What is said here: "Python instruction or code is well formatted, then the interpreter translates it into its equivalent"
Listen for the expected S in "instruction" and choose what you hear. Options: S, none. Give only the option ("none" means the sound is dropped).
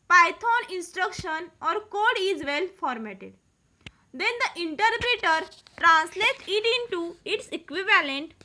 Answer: S